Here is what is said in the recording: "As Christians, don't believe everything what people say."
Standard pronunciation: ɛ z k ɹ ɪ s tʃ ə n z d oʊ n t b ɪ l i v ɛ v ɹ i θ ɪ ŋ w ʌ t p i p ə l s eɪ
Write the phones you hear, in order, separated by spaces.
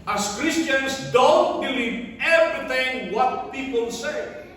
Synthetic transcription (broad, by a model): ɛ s k ɹ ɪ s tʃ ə n s d oʊ n t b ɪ l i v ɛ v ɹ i t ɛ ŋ w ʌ t p i p ə l s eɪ